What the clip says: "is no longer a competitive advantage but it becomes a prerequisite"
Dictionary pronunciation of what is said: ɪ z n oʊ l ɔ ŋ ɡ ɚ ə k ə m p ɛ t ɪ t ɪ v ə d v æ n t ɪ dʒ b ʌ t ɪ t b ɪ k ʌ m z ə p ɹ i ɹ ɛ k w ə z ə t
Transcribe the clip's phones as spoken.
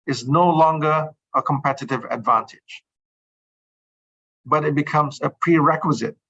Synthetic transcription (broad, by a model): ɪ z n oʊ l ɔ ŋ ɡ ɚ ə k ə m p ɛ t ɪ t ɪ v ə d v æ n t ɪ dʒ b ʌ t ɪ t b ɪ k ʌ m z ə p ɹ i ɹ ɛ k w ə z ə t